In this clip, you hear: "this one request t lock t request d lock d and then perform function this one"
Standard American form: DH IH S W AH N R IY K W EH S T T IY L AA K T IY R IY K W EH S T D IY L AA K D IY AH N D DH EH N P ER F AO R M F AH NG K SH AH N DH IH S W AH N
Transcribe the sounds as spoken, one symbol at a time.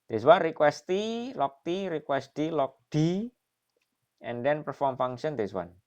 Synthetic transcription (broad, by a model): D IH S W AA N R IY K W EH S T T IY L AA K T IY R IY K W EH S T D IY L AA K D IY AH N D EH N P ER F AO R M F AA NG SH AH N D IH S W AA N